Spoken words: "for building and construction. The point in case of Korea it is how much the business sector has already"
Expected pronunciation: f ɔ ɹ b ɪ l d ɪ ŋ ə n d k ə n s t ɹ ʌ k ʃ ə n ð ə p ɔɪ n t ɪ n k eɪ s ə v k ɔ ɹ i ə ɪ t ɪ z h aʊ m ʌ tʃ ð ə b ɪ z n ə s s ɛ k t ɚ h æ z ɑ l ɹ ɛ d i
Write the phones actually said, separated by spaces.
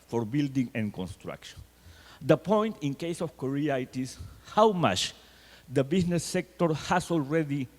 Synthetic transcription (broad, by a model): f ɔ ɹ b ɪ l d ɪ ŋ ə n k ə n s t ɹ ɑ k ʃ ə n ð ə p ɔɪ n t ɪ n k eɪ s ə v k ɔ ɹ i ə ɪ t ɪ s h aʊ m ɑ tʃ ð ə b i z n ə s s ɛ k t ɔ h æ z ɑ l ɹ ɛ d i